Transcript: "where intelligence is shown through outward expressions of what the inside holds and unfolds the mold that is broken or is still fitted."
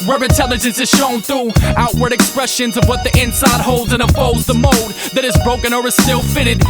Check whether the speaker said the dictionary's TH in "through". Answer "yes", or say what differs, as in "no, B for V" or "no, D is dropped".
yes